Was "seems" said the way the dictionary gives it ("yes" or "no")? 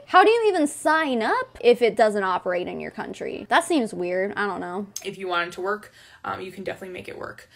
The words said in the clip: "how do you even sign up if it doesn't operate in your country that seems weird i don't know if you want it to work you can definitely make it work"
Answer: yes